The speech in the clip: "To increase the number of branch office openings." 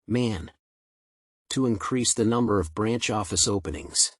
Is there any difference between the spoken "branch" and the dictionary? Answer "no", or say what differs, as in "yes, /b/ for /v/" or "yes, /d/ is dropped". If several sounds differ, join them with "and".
no